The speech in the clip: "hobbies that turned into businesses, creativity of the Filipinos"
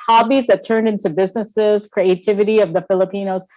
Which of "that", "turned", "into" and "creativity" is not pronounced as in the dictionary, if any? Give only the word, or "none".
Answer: none